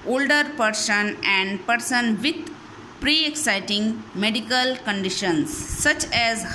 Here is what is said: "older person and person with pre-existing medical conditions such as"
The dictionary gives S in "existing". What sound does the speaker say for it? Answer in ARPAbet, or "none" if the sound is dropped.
none